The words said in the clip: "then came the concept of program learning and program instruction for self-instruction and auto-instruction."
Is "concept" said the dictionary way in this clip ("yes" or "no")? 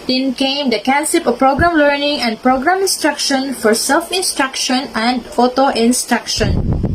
no